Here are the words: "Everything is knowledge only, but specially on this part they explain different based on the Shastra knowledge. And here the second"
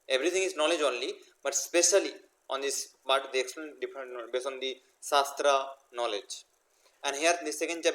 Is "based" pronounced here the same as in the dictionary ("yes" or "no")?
no